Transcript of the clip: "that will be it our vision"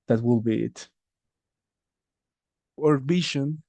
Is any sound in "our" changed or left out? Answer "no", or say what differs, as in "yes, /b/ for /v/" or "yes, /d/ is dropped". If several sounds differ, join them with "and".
no